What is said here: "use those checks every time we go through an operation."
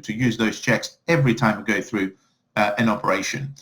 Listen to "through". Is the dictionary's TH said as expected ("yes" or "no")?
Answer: yes